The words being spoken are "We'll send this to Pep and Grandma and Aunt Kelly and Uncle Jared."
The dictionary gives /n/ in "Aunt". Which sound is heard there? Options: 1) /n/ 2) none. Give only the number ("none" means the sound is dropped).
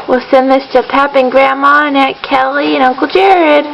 2